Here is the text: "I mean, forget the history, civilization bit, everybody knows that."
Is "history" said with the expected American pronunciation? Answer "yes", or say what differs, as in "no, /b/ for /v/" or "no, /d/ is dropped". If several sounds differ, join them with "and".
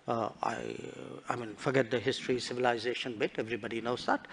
yes